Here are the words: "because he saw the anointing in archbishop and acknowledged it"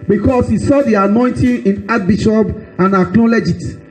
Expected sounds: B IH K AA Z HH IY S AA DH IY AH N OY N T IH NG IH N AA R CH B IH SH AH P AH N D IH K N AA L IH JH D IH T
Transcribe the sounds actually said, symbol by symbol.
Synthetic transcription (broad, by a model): B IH K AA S HH IY S AA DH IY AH N OY N T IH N IH N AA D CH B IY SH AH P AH N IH K L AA L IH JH IH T